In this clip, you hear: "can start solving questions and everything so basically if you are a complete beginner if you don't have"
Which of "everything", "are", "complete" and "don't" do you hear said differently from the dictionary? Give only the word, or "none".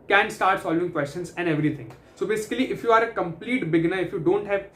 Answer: everything